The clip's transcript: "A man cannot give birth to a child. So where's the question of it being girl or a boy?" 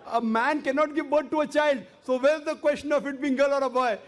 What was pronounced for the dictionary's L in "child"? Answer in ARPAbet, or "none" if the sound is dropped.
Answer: L